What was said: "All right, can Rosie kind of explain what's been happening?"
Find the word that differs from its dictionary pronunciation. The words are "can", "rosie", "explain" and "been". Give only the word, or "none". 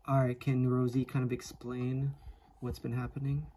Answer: none